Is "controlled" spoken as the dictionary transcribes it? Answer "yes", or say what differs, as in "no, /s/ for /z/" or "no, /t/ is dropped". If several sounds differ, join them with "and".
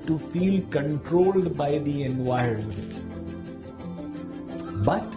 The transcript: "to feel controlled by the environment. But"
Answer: yes